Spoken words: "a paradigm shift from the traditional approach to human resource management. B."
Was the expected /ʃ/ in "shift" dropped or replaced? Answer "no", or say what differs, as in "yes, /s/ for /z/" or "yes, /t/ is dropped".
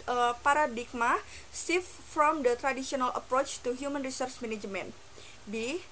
yes, /s/ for /ʃ/